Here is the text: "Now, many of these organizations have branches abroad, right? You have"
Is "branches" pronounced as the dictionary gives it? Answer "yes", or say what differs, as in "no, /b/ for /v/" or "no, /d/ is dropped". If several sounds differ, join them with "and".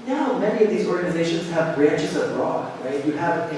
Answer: yes